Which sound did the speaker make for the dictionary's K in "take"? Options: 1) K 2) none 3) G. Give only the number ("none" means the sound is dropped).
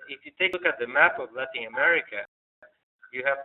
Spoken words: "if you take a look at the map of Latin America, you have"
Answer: 2